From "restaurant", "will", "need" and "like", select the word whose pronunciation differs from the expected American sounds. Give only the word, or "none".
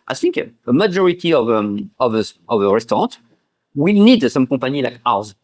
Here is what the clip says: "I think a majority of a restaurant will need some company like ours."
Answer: restaurant